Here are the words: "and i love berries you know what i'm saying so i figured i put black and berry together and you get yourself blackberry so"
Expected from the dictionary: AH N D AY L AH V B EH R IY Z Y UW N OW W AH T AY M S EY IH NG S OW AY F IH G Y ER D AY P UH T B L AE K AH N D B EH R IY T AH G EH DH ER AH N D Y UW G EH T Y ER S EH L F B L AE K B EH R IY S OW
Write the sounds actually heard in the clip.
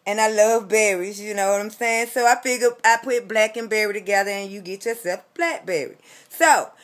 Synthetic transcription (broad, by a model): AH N AY L AH V B EH R IY Z Y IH N OW W AH T AY M S EY IH NG S OW AY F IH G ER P AY P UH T B L AE K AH N B EH R IY T AH G EH DH ER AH N Y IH G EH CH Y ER S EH L F B L AE K B EH R IY S OW